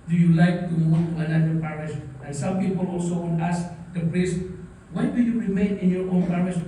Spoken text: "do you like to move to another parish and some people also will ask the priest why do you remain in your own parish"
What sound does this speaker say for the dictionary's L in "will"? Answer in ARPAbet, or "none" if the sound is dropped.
N